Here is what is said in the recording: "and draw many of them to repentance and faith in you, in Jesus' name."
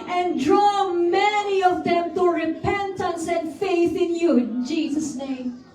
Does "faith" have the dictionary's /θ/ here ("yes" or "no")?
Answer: yes